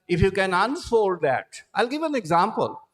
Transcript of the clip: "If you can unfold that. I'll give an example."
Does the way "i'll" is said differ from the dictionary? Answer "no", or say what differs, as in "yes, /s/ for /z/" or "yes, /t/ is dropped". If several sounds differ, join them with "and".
no